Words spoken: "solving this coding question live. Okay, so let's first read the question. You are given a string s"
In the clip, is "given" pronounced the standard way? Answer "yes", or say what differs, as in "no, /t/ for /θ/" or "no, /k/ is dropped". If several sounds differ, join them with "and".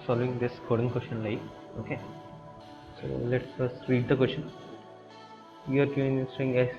no, /v/ is dropped